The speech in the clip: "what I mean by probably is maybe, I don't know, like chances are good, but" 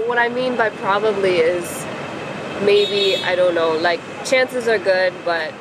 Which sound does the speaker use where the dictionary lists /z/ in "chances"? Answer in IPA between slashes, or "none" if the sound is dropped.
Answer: /z/